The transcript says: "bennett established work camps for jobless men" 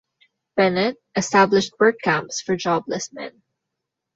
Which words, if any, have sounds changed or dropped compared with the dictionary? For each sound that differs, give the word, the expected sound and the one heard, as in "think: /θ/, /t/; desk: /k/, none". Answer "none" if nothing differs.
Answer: none